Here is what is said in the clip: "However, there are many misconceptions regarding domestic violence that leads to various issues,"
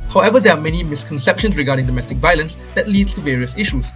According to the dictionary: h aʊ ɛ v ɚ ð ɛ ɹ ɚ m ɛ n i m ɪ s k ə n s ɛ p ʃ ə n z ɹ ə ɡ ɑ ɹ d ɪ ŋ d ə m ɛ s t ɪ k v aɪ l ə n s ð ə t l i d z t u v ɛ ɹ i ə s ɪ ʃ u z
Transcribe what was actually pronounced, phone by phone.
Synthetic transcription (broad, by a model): h aʊ ɛ v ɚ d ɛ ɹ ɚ m ɛ n i m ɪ s k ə n s ɛ p ʃ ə n s ɹ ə ɡ ɑ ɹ d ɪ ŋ d ə m ɛ s t ɪ k v aɪ l ə n s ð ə t l i d s t u v ɛ ɹ i ə s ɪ ʃ u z